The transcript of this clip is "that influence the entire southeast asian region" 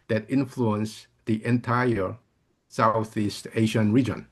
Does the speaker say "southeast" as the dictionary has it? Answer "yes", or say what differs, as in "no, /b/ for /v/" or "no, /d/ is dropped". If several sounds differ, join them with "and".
yes